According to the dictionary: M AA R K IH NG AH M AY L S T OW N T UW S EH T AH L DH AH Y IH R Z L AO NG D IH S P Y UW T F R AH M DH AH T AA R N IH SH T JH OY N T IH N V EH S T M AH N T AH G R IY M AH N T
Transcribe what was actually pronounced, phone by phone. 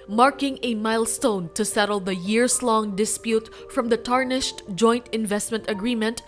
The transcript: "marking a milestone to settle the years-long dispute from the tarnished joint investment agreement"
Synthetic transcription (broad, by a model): M AA R K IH NG AH M AY L S T OW N T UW S EH T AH L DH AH Y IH R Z L AO NG D IH S P Y UW T F R AH M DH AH T AA R N IH SH T JH OY N T IH N V EH S T M AH N T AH G R IY M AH N T